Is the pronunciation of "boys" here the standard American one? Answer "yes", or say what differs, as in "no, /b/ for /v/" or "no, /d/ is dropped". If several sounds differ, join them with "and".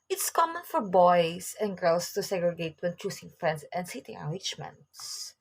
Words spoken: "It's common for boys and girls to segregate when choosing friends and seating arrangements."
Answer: no, /s/ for /z/